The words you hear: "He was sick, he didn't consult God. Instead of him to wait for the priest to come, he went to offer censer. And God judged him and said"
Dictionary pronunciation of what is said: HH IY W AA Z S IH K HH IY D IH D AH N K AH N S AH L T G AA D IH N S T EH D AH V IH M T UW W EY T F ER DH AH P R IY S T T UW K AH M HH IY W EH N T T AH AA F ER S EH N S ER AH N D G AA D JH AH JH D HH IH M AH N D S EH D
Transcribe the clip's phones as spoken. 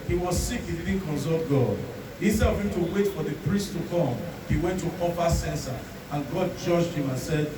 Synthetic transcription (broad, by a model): HH IY W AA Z S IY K HH IY D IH D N K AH N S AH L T G AA D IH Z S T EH AH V IH M T UW W EY T F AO DH AH P R IY S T T UW K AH M HH IY W EH N T T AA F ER S EH N S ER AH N G AA D JH AH JH D HH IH M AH N S EH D